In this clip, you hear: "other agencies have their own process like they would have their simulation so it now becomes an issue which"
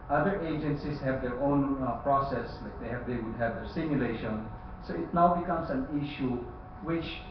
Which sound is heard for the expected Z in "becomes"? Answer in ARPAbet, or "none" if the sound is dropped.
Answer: S